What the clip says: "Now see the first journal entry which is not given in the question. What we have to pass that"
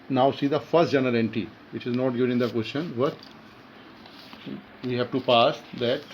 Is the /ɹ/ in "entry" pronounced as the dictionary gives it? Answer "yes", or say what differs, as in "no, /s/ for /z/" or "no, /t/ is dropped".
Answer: no, /ɹ/ is dropped